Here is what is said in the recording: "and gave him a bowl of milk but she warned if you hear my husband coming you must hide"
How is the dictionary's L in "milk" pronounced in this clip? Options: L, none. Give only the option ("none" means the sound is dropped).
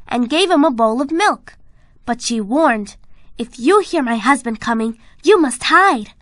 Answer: L